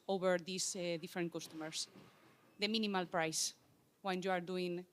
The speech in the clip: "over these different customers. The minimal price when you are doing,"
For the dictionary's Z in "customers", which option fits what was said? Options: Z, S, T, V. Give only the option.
S